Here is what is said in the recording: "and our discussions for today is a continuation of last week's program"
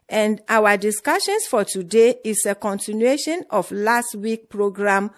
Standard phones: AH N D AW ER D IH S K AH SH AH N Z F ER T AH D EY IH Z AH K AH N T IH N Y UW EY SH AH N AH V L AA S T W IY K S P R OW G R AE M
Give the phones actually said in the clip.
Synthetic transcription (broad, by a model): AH N D AW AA D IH S K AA SH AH N S F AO T AH D EY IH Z AH K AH N T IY N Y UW EY SH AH N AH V L AA S T W IY K P R OW G R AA M